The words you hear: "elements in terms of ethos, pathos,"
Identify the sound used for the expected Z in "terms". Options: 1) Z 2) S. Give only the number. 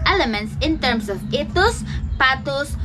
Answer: 2